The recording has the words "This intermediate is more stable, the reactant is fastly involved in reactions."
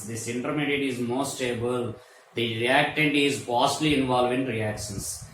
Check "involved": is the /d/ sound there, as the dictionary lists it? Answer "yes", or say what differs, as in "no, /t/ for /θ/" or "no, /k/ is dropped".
no, /d/ is dropped